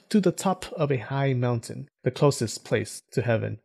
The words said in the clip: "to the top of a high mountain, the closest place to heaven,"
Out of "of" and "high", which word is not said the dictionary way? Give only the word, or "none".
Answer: none